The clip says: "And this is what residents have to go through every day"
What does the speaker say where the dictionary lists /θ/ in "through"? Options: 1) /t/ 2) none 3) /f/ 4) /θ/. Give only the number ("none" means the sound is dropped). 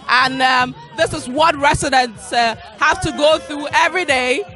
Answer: 4